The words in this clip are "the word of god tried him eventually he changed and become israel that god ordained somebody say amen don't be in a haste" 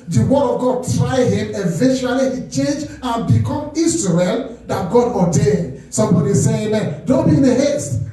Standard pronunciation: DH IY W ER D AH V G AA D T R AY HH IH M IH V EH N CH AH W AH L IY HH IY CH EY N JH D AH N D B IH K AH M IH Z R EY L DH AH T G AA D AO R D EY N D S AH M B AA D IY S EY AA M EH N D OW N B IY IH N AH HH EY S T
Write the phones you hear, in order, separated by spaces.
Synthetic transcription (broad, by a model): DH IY W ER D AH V G AA D T R AY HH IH M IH V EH N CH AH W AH L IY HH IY CH EY N JH AH N B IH K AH M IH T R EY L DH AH T G AA D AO D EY D S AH M B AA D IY S EY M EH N D OW N B IY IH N AH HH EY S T